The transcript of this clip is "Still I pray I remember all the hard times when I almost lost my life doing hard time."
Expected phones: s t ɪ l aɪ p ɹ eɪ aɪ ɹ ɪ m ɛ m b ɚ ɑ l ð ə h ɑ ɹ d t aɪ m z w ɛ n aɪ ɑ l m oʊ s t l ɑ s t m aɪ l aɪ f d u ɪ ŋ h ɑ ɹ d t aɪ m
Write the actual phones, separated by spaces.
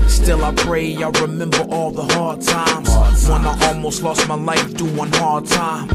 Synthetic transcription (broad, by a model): s t ɪ l aɪ p ɹ eɪ aɪ ɹ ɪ m ɛ m b ɚ ɑ l ð ə h ɑ ɹ d t aɪ m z w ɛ n aɪ ɑ l m oʊ s t l ɑ s t m aɪ l aɪ f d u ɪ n h ɑ ɹ d t aɪ m